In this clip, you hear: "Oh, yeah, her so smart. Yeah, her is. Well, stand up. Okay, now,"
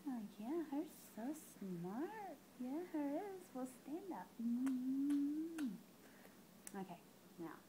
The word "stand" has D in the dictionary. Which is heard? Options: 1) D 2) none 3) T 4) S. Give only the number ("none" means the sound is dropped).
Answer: 1